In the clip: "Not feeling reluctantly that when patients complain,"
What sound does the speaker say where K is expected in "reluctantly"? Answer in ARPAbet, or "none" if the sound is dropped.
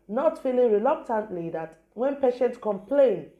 K